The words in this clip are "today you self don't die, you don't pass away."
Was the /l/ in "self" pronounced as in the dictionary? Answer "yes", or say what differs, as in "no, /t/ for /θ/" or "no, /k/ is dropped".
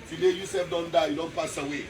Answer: no, /l/ is dropped